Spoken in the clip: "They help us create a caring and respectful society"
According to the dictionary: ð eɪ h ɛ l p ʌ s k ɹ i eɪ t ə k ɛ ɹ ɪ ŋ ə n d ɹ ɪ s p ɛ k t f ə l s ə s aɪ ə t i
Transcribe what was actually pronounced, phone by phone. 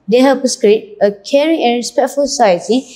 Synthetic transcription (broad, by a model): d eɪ h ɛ p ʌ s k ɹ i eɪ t ə k ɛ ɹ ɪ ŋ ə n ɹ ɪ s p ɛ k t f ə l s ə s aɪ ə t i